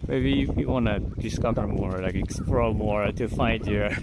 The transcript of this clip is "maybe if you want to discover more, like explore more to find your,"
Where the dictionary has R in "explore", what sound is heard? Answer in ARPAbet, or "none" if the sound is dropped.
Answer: L